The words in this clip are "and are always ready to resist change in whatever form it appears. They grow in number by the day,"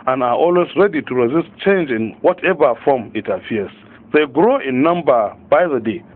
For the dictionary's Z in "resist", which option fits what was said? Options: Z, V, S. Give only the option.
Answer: Z